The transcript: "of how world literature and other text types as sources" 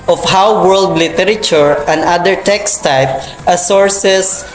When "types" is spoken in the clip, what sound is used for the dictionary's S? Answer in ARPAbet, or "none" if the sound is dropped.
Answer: none